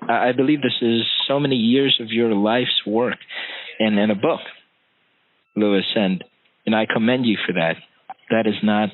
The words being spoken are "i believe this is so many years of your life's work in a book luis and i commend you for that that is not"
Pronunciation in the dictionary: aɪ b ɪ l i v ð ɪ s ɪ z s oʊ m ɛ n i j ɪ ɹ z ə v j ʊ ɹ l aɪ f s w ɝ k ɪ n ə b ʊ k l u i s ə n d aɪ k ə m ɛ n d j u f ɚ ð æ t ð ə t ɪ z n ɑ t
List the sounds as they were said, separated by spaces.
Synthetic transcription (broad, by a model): aɪ b ɪ l i v ð ɪ s ɪ z s oʊ m ɛ n i j ɪ ɹ z ə v j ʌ ɹ l aɪ f s w ɝ k ɪ n ə b ʊ k l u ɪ s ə n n aɪ k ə m ɛ n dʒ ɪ f ɚ ð æ t ð ə t ɪ z n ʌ t